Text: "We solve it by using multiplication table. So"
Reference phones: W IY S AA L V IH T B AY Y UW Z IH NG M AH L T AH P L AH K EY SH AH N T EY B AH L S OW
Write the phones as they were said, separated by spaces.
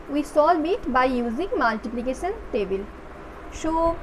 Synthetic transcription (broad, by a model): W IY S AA L B IH T B AY Y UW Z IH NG M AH L T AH P L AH K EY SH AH N T EY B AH L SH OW